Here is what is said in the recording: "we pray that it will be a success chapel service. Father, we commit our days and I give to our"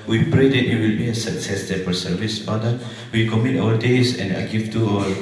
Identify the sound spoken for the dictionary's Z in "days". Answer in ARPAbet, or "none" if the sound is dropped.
S